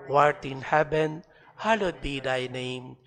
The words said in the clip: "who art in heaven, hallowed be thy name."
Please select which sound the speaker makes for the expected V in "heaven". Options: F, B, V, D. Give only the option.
B